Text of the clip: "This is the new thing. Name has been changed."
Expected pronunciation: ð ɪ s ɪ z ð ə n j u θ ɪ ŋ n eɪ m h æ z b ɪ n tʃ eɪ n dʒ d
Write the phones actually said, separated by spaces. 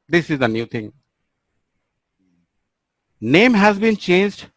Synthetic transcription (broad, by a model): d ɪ s ɪ z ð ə n j u t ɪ ŋ n eɪ m h æ z b ɪ n tʃ eɪ n dʒ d